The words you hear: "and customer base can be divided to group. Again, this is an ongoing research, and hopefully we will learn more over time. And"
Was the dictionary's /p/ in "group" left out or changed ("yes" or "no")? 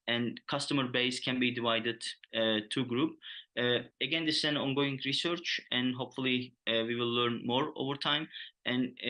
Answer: no